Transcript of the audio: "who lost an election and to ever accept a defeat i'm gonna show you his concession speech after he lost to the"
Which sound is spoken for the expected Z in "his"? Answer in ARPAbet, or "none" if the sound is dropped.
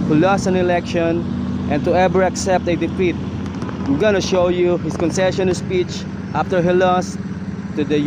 S